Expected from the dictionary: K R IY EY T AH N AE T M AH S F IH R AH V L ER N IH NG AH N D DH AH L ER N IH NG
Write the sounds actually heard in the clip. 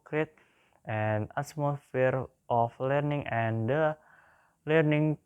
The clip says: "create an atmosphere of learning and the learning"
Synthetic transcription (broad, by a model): K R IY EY T AH N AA S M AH F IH R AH F L ER N IH NG AH N D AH L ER N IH NG